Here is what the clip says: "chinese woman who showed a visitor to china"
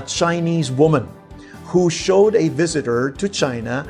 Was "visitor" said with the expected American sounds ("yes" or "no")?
yes